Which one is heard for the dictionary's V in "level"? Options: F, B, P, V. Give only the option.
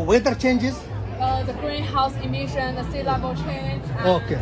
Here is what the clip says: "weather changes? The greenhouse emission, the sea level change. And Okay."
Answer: B